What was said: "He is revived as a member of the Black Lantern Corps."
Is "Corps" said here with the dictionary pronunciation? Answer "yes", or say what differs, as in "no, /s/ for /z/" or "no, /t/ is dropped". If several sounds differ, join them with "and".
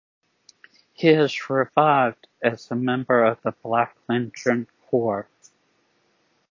yes